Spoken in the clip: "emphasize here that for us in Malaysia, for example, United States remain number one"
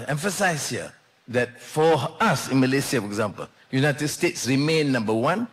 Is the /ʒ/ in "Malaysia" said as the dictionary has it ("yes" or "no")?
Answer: no